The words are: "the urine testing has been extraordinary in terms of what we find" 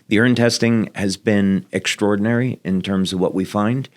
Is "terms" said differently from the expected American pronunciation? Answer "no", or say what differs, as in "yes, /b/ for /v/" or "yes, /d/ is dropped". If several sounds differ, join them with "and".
no